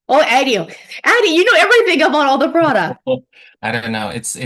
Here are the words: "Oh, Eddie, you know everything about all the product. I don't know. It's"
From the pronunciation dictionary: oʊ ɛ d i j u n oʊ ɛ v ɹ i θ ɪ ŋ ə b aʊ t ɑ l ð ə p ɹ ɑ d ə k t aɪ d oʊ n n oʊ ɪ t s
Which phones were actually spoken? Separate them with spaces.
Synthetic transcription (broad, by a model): oʊ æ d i j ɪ n oʊ ɛ v ɹ i θ ɪ ŋ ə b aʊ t ɑ l ð ə p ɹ ɑ d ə k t aɪ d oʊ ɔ n oʊ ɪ t s